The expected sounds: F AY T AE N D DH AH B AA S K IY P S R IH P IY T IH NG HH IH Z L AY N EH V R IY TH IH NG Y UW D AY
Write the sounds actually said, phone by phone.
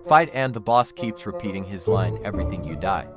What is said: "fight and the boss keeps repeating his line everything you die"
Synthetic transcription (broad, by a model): F AY T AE N DH AH B AA S K IY P S R IH P IY T IH NG IH Z L AY N EH V R IY TH IH NG Y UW D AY